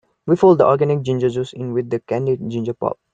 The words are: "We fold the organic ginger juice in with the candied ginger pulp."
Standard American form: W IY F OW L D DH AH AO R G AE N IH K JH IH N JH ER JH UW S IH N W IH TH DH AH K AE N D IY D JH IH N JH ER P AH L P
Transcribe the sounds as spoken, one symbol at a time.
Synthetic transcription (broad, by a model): W IY F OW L D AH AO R G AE N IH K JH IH N JH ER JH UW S IH N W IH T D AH K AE N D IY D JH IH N JH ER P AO P